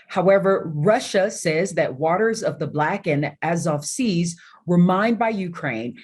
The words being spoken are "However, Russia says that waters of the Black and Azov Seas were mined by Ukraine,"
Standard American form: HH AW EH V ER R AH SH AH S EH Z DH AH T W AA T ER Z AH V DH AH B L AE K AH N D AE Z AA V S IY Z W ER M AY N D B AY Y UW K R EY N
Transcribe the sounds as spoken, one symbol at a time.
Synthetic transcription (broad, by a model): HH AW EH V ER R AH SH AH S EH Z DH AH T W AA T ER Z AH V DH AH B L AE K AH N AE Z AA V S IY Z W ER M AY N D B AY Y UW K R EY N